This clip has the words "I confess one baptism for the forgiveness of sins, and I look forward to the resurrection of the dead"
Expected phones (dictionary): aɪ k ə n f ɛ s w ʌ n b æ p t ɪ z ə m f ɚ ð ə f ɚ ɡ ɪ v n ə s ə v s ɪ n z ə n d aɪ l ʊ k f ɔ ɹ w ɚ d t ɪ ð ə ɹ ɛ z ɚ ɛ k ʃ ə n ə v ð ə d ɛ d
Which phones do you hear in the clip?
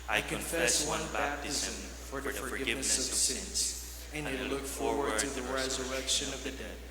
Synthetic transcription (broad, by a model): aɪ k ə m f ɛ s w ʌ n b æ p t ɪ z ə m f ɚ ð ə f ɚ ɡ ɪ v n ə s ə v s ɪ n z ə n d l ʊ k f ɔ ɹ w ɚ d t ɪ ð ə ɹ ɛ z ɚ ɛ k ʃ ə n ə v ð ə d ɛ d